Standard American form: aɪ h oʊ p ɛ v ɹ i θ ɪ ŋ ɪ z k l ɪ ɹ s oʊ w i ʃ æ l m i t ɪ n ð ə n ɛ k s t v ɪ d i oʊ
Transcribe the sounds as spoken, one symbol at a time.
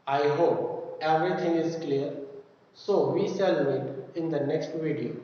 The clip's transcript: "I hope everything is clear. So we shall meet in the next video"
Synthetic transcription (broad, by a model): aɪ h oʊ p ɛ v ɹ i t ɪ ŋ ɪ z k l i ɹ s oʊ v i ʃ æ l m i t ɪ n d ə n ɛ k s t v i d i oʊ